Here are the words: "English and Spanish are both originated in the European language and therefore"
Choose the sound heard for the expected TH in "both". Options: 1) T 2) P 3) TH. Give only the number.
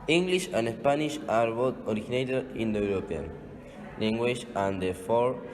1